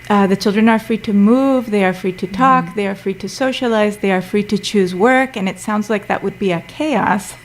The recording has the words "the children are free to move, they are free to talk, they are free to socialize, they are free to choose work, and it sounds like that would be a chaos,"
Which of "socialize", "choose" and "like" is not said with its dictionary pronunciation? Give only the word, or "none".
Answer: none